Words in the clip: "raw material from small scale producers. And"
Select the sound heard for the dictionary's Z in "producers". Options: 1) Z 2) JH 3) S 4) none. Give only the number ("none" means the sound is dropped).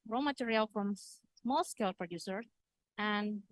4